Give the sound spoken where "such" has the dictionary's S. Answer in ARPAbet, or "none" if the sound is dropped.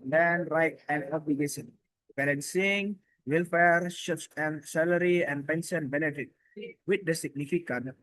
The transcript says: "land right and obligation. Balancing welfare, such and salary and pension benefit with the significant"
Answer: SH